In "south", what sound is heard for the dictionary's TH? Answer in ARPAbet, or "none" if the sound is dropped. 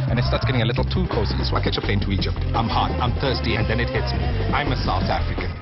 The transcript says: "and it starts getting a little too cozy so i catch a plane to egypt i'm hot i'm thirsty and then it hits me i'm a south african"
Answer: TH